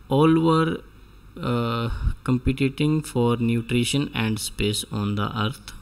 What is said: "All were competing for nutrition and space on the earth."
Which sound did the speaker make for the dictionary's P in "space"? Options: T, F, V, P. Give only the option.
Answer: P